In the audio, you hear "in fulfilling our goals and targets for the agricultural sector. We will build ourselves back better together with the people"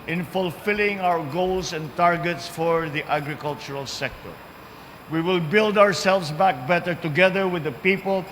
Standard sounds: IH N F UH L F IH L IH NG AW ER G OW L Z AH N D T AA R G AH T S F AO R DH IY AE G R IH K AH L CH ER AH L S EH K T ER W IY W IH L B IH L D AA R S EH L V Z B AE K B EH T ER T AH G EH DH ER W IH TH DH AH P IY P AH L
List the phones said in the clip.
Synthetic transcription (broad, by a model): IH N F UH L F IH L IH NG AW ER G OW L S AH N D T AA R G AH T S F AO R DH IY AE G R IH K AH L CH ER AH L S EH K T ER W IY W IH L B IH L D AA R S EH L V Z B AE K B EH T ER T AH G EH DH ER W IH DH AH P IY P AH L